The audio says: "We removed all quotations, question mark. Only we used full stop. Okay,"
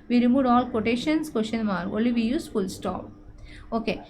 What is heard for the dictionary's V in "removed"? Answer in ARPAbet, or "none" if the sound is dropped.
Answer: none